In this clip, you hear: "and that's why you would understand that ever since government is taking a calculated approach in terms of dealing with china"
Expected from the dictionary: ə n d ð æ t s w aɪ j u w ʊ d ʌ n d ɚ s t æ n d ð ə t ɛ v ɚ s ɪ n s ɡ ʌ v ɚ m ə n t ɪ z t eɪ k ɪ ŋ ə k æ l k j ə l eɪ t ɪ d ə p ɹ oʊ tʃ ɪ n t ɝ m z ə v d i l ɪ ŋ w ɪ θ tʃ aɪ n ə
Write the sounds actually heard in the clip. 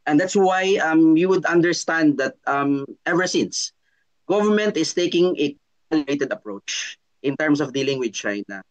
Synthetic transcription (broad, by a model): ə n d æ t s w aɪ j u w ʊ d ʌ n d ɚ s t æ n d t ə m ɛ v ɚ s ɪ n s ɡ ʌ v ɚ m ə n t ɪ s t eɪ k ɪ ŋ ə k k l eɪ t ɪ d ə p ɹ oʊ tʃ ɪ n t ɝ m s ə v d i l ɪ ŋ w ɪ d tʃ aɪ n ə